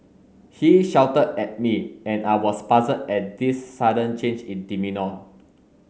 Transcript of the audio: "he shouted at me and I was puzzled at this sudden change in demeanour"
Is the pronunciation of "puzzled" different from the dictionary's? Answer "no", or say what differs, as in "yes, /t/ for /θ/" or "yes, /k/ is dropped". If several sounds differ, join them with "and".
yes, /l/ is dropped